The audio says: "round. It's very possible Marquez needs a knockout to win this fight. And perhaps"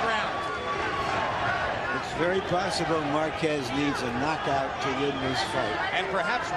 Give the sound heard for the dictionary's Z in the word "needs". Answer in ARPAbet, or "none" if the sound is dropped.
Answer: Z